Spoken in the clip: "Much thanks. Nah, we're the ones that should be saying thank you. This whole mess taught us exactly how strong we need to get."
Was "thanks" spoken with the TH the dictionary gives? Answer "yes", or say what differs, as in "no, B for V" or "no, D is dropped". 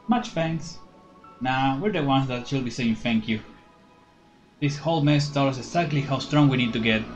no, F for TH